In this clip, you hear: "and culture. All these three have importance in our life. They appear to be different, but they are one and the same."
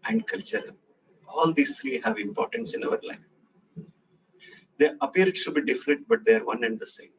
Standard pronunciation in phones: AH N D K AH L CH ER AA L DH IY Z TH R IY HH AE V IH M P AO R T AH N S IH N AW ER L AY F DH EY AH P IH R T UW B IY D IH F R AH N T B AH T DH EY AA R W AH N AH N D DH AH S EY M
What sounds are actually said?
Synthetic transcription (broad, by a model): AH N D K AH L CH ER AA L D IY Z T R IY HH AE V IH M P AO R T AH N S IH N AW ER L AY F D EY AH P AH R T UW B IY D IH F R AH N T B AH T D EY AA R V AH N AH N D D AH S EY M